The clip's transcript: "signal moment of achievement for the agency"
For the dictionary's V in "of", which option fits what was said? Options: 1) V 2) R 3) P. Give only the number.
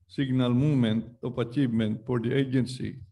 3